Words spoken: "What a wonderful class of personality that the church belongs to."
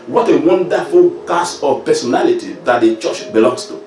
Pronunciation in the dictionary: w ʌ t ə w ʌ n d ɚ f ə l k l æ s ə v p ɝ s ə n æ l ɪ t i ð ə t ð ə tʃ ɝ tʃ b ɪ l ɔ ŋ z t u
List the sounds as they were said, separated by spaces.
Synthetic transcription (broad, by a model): w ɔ t ə w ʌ n d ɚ f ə l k ɑ s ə p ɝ s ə n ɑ l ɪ t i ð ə t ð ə tʃ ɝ tʃ b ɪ l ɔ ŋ s t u